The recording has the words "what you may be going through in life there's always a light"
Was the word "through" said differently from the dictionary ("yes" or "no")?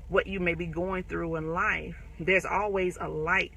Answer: no